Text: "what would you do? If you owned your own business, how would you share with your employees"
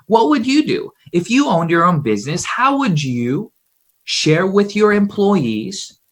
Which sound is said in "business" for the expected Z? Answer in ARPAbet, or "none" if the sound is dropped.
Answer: Z